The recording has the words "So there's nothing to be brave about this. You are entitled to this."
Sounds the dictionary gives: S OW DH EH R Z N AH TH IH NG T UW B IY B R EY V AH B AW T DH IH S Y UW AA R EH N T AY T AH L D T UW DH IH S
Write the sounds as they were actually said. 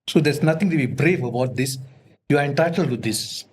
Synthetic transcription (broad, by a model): S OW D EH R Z N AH T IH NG T UW B IY B R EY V AH B AW T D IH S Y UW AA R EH N T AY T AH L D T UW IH S